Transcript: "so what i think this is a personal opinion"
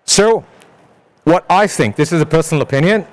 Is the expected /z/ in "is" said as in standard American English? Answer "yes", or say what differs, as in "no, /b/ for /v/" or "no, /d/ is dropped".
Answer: yes